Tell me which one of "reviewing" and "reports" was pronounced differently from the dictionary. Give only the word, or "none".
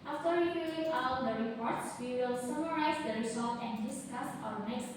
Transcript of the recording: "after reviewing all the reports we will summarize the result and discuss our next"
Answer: reviewing